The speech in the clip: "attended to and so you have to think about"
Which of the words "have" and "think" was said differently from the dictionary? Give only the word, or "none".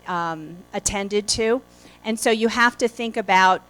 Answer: have